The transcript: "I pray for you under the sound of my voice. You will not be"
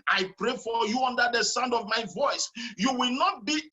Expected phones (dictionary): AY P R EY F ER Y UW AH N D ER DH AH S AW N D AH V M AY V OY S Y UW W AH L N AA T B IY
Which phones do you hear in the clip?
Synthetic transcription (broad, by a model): AY P R EY F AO Y UW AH N D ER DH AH S AW N D AH V M AY V OY S Y UW W AH L N AA T B IY